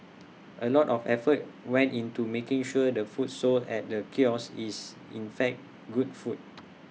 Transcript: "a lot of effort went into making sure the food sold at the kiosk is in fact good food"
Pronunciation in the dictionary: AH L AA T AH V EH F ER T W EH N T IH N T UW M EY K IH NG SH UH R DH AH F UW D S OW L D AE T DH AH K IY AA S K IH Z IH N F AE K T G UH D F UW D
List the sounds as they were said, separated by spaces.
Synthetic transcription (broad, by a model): AH L AA T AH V EH F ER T W EH N T IH N T UW M EY K IH NG SH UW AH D AH F UW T S OW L EH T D AH K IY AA S IH S IH N F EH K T G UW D F UW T